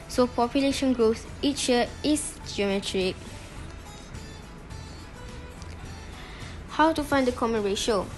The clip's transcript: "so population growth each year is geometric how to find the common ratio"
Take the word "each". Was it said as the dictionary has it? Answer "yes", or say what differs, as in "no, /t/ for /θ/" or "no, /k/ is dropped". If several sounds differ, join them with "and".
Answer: yes